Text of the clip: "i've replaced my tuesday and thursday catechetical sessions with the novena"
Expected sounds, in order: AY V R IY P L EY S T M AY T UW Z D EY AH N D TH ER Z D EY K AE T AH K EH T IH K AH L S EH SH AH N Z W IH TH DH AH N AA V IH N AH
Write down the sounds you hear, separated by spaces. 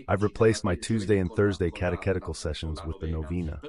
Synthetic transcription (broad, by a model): AY V R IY P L EY S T M AY T UW Z D EY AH N TH ER Z D EY K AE T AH K EH T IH K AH L S EH SH AH N Z W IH DH AH N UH V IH N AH